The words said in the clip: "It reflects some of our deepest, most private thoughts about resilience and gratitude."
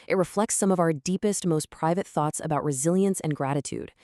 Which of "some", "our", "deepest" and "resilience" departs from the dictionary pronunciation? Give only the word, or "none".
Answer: none